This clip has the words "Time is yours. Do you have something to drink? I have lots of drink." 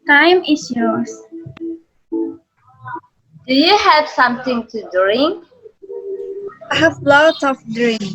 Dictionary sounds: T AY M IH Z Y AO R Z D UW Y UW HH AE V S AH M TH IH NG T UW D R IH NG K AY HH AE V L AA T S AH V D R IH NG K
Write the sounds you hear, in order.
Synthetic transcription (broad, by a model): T AY M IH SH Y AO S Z D UW Y UW HH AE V S AH M TH IH NG T UW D R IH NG K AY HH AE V L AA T AH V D R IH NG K